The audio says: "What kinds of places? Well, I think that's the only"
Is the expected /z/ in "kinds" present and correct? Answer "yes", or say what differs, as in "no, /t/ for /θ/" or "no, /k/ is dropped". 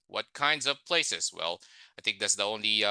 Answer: yes